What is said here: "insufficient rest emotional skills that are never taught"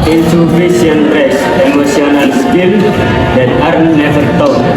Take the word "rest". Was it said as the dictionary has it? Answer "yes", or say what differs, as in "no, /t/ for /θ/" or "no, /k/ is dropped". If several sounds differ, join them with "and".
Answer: no, /t/ is dropped